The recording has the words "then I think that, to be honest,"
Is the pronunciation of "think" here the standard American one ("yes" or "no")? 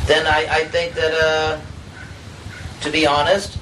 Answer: yes